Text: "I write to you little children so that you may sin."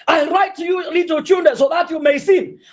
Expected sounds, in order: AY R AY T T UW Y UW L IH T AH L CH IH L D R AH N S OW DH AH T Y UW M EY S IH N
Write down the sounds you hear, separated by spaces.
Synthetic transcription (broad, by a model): AY R AY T T UW Y UW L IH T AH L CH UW N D AH S OW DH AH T Y UW M EY S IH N